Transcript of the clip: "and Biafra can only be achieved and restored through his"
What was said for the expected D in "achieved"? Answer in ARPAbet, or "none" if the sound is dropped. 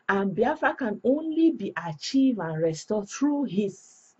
none